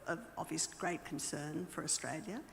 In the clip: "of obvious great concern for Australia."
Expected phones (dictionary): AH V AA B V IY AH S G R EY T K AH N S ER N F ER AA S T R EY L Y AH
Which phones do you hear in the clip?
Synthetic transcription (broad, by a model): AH V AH V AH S G R EY T K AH N S ER N F ER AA S T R EY L Y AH